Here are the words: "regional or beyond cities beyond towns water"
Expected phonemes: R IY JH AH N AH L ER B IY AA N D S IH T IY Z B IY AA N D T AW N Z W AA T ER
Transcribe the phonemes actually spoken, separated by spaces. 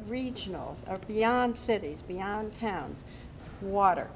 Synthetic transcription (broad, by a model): R IY JH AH N L ER B IY AA N D S IH T IY Z B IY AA N T AW N Z W AA T ER